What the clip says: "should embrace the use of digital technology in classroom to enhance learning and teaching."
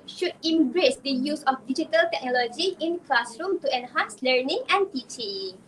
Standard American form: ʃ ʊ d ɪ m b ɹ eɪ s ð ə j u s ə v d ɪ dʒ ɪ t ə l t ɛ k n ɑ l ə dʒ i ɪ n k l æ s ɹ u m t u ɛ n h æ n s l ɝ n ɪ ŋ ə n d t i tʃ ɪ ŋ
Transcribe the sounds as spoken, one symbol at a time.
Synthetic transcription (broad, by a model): ʃ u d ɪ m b ɹ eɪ s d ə j u s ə f d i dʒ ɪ t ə l t ɛ k n ɑ l ə dʒ i ɪ n k l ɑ s ɹ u m t u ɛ n h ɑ n s l ɝ n ɪ ŋ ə n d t i tʃ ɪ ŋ